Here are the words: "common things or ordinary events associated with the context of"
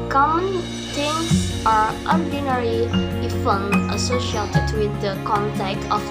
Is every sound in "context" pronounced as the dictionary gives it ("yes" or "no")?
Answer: no